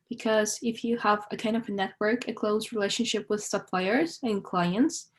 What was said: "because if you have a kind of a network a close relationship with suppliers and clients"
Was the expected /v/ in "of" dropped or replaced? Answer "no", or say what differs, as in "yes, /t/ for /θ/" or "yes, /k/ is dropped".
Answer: no